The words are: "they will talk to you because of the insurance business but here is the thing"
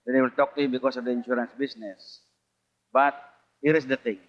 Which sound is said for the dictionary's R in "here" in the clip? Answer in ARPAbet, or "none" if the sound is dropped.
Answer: R